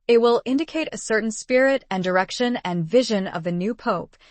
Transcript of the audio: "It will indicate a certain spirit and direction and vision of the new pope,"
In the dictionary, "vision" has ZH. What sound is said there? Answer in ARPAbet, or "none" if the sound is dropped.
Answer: ZH